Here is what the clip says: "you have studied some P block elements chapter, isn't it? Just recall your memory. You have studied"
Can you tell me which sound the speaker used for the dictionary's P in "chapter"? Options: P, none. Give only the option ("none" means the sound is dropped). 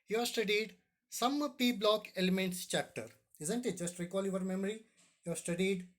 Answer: P